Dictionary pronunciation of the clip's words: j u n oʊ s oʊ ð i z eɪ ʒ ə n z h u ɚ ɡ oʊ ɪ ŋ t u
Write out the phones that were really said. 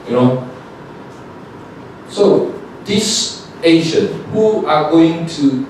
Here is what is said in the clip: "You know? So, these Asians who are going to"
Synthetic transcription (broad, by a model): j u n oʊ s oʊ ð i s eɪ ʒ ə n h u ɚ ɡ oʊ ɪ ŋ t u